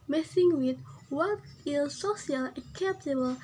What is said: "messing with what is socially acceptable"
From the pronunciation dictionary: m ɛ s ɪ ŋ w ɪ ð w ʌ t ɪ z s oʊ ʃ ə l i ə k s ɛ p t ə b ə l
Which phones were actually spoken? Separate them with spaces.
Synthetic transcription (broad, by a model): m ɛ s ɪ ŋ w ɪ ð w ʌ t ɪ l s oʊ s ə l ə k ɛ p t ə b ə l